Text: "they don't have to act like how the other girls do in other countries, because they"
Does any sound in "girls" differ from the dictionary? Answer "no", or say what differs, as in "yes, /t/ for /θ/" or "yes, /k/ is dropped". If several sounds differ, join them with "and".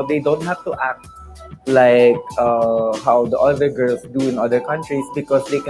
yes, /s/ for /z/